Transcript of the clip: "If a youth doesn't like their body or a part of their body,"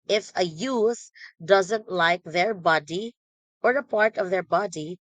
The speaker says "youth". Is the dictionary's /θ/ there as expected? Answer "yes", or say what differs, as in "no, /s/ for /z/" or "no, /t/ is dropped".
no, /s/ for /θ/